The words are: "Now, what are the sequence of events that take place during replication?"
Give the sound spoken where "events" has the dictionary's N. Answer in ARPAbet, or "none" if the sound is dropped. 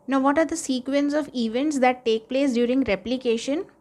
N